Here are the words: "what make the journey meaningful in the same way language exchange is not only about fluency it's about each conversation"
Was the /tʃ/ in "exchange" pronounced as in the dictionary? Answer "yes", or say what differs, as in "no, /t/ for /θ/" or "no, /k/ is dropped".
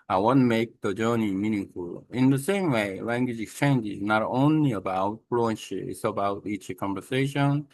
yes